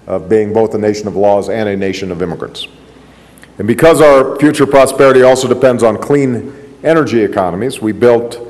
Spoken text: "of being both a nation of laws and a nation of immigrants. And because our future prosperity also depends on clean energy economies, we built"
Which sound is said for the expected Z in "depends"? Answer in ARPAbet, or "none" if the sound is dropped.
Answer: Z